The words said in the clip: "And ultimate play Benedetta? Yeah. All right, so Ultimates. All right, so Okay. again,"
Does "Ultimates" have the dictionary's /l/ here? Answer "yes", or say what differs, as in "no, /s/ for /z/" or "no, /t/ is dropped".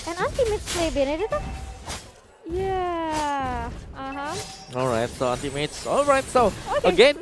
no, /n/ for /l/